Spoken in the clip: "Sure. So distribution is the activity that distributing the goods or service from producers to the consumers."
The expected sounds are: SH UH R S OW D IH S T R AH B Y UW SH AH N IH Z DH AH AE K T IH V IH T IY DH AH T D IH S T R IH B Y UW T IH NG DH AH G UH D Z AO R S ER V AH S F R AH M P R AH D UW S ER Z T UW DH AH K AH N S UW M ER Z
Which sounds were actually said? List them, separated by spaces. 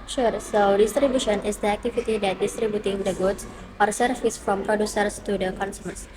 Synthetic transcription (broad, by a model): SH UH R S OW D IH S T R AH B Y UW SH AH N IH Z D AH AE K T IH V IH T IY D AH T D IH S T R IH B Y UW T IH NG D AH G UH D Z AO R S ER F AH S F R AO M P R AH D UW S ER S T UW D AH K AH N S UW M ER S